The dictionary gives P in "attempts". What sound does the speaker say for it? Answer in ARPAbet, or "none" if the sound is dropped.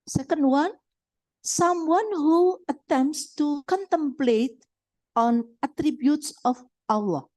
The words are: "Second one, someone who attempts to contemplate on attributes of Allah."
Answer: P